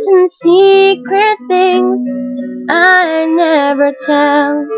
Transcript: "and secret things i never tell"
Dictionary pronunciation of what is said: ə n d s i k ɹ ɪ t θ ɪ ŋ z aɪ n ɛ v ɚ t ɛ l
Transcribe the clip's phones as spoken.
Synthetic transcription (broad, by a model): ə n s i k ɹ ɪ t θ ɪ ŋ z aɪ n ɛ v ɚ t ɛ l